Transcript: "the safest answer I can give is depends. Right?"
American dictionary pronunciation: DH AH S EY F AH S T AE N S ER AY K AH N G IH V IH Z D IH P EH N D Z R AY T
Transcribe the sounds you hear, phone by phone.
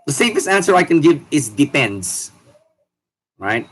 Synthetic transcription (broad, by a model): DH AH S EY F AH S AE N S ER AY K AH N G IH V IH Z D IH P EH N D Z R AY T